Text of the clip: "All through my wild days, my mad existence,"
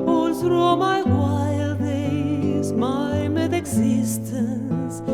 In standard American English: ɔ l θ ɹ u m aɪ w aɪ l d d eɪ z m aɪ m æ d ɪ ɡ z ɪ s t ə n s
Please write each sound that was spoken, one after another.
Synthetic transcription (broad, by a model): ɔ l s ɹ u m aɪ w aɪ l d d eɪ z m aɪ m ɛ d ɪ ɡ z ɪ s t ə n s